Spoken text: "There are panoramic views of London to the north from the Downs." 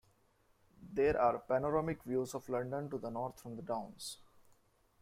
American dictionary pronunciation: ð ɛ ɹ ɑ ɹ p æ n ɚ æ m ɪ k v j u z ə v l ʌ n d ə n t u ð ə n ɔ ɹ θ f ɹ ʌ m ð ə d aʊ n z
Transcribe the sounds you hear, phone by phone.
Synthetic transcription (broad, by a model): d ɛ ɹ ɑ ɹ p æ n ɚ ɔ m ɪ k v j u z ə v l ʌ n d ə n t u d ə n ɔ ɹ t f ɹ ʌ m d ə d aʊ n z